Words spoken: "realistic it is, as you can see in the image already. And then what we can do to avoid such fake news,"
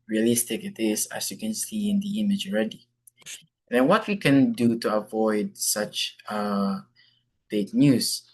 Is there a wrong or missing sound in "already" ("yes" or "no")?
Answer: no